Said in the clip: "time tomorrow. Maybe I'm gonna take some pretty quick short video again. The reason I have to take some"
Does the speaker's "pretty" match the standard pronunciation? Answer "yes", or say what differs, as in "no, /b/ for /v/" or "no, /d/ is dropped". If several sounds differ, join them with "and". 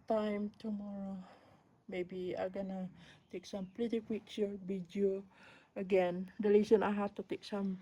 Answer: no, /l/ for /ɹ/